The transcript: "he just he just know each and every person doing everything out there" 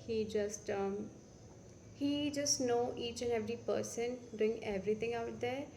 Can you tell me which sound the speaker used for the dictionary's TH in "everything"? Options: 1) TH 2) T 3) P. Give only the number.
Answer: 2